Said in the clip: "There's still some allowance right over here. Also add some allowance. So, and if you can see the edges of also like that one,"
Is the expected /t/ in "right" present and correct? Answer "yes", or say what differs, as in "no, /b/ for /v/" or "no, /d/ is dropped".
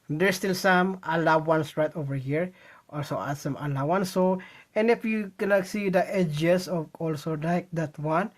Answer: yes